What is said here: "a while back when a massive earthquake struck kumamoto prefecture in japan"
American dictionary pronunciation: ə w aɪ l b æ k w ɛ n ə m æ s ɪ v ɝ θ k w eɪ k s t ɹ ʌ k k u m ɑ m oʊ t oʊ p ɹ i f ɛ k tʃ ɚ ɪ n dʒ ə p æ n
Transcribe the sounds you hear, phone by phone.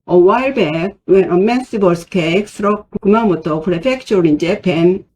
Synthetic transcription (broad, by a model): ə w aɪ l b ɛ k w ɛ n ə m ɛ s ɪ b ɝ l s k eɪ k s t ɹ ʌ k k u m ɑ m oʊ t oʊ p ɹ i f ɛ k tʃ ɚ ɪ n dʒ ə p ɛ n